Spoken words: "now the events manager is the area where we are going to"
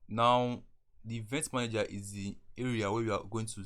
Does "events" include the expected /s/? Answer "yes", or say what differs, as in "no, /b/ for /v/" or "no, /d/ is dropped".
no, /s/ is dropped